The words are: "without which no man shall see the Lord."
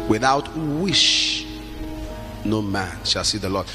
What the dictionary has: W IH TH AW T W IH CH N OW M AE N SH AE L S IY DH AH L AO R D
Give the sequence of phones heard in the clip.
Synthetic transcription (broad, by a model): W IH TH AW T W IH SH N OW M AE N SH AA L S IY DH AH L AO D